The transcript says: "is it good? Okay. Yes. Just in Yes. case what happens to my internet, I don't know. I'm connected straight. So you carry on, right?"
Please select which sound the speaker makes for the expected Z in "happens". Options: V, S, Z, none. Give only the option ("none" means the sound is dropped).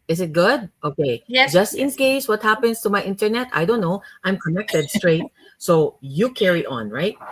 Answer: S